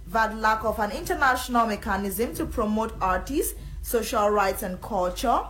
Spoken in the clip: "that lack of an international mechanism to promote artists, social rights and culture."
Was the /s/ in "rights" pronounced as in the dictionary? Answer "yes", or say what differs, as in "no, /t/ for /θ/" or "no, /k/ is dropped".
yes